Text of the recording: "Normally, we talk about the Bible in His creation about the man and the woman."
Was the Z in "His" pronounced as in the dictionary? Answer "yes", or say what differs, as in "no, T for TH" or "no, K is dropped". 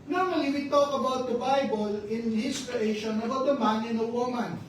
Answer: no, S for Z